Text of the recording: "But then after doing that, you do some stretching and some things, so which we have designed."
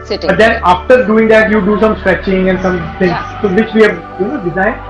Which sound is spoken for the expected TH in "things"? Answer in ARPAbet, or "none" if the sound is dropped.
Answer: T